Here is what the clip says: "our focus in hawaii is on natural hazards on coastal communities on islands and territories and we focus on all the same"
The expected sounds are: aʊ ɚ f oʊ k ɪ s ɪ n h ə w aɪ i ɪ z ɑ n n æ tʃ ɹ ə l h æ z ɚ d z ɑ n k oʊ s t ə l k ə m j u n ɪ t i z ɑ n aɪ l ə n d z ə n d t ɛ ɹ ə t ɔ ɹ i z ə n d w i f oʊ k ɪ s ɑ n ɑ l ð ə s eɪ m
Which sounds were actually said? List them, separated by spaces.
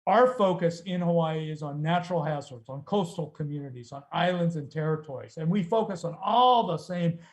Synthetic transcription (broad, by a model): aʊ ɚ f oʊ k ɪ s ɪ n h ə w aɪ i ɪ z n n æ tʃ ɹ l h æ z ɚ d z n k oʊ s t l k ə m j u n ɪ t i z n aɪ l ə n d z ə n t ɛ ɹ ə t ɔ ɹ i z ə n w i f oʊ k ɪ s n ɑ l ð ə s eɪ m